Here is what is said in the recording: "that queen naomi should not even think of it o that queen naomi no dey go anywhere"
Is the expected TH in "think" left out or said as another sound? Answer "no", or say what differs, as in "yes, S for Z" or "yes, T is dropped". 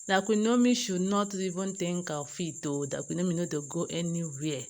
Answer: yes, T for TH